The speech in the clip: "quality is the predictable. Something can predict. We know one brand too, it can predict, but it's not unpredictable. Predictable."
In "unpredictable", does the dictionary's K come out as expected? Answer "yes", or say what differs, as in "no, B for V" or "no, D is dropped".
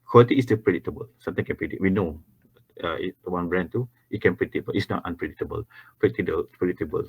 no, K is dropped